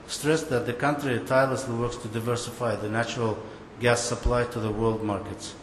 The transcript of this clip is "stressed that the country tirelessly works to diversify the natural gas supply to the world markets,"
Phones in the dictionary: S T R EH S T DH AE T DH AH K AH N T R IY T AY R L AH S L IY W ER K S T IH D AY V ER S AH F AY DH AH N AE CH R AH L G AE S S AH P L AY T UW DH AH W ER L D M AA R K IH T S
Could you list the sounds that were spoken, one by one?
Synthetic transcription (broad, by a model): S T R EH S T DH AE T DH AH K AH N T R IY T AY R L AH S L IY W ER K S T IH D AY V ER S AH F AY DH AH N AE CH R AH L G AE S S AH P L AY T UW DH AH W ER L D M AA R K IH T S